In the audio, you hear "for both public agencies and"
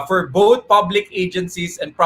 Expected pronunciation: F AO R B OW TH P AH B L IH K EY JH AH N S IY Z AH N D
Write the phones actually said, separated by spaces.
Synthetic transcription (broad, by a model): F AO R B OW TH P AH B L IH K EY JH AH N S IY S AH N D